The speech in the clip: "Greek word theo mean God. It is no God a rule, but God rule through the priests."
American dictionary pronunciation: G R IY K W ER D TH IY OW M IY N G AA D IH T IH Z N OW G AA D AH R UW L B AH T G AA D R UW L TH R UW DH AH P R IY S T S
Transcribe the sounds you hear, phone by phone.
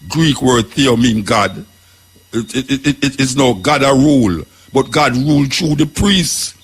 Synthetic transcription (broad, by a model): G R IY K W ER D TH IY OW M IY N G AA D IH T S N OW G AA D AH R UW L B AH T G AA D R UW L T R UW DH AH P R IY S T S